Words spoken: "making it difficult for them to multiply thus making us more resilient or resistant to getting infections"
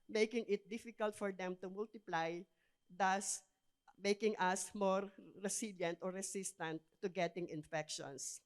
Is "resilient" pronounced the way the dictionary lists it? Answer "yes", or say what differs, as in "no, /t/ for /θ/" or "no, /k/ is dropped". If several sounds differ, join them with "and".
no, /s/ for /z/